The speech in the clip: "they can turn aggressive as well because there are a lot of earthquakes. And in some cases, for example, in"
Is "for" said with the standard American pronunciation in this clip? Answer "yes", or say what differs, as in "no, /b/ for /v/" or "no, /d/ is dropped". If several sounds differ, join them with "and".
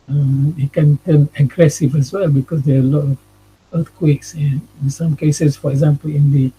yes